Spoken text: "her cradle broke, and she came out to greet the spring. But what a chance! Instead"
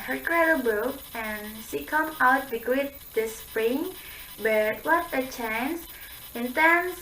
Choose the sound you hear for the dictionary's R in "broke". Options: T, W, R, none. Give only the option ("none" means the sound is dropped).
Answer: none